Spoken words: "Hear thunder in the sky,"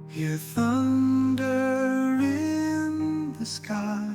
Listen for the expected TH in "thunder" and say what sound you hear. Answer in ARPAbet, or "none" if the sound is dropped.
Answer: TH